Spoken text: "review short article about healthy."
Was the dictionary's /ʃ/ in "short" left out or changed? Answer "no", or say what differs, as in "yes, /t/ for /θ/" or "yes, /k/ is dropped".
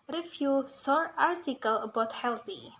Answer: yes, /s/ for /ʃ/